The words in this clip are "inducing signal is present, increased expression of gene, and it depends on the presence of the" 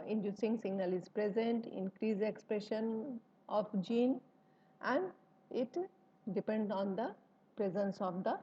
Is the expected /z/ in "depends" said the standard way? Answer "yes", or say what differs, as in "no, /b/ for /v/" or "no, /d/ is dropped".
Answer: no, /z/ is dropped